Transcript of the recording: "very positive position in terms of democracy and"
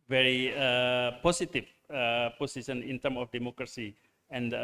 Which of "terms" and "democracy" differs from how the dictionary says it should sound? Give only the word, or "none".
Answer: terms